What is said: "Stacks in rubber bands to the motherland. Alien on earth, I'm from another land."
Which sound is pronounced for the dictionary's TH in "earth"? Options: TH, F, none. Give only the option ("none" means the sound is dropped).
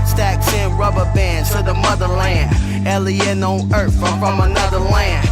F